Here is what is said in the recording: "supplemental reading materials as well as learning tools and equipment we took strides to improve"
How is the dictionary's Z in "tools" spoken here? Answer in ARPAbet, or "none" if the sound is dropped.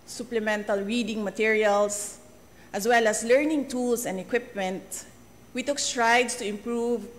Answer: S